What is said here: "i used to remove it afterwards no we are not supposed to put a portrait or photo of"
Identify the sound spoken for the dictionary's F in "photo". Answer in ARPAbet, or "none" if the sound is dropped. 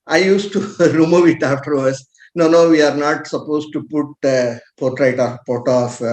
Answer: P